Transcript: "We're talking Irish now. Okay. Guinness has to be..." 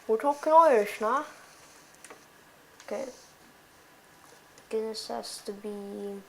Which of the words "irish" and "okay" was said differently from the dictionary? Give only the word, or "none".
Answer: irish